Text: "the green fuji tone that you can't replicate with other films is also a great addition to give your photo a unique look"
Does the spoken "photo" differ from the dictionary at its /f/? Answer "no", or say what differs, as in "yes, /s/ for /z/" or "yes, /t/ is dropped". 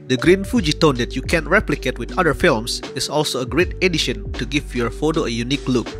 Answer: no